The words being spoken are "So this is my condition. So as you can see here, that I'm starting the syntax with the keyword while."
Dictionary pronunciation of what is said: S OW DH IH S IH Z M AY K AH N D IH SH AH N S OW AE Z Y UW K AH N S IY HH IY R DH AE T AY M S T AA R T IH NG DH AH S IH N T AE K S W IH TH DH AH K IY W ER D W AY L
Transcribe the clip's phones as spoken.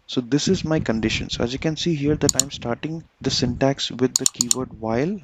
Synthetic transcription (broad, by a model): S OW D IH S IH Z M AY K AH N D IH SH AH N S OW AE Z Y UW K AH N S IY HH IY R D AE T AY M S T AA R T IH NG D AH S IH N T AE K S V IH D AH K IY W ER D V AY L